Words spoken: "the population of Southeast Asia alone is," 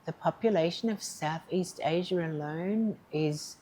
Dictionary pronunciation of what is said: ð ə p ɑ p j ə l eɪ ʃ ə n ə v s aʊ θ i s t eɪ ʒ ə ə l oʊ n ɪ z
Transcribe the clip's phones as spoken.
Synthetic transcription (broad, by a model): ð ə p ɑ p j ə l eɪ ʃ ə n ə v s aʊ θ i s t eɪ ʒ ə ə l oʊ n ɪ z